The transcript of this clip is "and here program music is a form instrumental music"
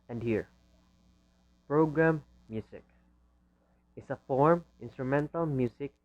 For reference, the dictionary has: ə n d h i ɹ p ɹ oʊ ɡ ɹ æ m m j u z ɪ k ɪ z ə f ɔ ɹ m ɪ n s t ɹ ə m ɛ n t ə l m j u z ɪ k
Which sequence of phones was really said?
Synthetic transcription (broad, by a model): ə n d h i ɹ p ɹ oʊ ɡ ɹ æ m m j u s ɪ k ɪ s ə f ɔ ɹ m ɪ n s t ɹ ə m ɛ n t ə l m j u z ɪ k